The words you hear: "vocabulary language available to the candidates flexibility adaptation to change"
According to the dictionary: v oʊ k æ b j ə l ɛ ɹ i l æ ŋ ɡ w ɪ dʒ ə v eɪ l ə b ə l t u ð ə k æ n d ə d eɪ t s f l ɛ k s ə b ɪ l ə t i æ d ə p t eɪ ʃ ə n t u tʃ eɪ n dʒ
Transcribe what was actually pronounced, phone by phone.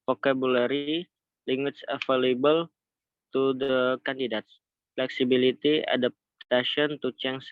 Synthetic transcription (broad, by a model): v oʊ k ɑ b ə l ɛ ɹ i l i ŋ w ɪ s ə f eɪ l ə b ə l t u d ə k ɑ n d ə d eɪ t s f l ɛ k s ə b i l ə t i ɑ d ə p t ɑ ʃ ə n t u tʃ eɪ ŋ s